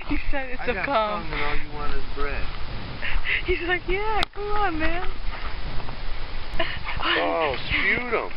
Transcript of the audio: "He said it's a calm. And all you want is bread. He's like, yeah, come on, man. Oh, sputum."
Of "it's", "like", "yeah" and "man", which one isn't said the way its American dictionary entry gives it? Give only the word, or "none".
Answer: none